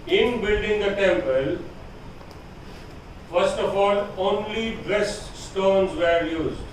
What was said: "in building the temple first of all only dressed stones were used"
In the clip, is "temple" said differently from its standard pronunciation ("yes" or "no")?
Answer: no